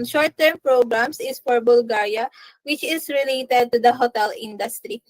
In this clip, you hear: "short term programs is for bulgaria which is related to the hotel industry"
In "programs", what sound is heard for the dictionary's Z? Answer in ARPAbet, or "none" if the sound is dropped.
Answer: S